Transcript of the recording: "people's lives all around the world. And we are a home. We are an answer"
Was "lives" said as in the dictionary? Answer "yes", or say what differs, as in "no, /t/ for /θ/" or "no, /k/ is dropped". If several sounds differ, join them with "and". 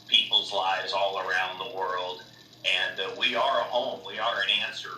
yes